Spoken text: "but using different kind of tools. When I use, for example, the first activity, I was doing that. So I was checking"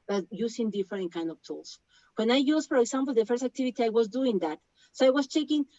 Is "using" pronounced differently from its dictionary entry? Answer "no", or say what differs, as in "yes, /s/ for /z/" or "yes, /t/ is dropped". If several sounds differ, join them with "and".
yes, /s/ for /z/